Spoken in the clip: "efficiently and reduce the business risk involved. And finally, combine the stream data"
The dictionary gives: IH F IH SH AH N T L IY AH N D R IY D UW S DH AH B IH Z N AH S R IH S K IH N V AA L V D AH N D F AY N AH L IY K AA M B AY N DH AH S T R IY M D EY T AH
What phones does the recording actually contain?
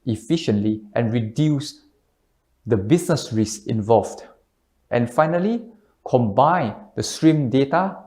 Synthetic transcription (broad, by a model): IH F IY SH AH N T L IY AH N R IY D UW S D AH B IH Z N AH S R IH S IH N V AA L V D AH N F AY N AH L IY K AA M B AY N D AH S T R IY M D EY T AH